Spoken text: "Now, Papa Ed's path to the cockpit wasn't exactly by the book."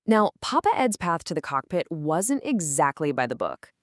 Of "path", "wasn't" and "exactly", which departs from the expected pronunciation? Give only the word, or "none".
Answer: none